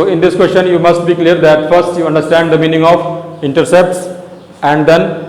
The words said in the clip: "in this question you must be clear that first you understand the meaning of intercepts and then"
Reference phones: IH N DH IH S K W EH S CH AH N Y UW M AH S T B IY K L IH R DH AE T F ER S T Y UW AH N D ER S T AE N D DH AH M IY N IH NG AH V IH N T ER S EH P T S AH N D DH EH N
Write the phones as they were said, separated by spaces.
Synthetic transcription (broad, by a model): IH N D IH S K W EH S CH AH N Y UW M AH S T B IY K L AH R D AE T F ER S T Y UW AH N D ER S T AE N D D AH M IY N IH NG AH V IH N T ER S EH P T S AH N D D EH N